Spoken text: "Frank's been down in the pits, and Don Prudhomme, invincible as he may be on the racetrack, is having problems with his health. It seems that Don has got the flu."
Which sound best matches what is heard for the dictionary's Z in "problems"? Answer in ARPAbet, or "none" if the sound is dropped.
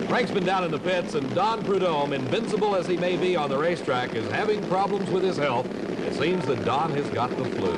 Z